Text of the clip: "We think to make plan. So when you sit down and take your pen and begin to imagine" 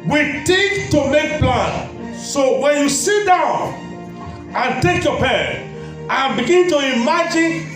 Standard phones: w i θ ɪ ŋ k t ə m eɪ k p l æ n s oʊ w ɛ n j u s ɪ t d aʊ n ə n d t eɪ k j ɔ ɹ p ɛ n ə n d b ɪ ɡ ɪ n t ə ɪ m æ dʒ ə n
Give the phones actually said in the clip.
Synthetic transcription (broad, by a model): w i t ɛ k t ə m eɪ k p l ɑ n s oʊ w ɛ n j u s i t d aʊ n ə n t eɪ k j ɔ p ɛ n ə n b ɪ ɡ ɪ n t ə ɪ m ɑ dʒ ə n